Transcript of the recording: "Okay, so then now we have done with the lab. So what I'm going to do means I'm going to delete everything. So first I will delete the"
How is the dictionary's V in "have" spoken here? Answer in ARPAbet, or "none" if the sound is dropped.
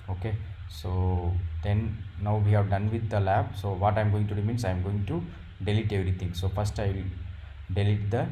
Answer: V